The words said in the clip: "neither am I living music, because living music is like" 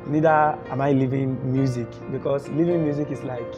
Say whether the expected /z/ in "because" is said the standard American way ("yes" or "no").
no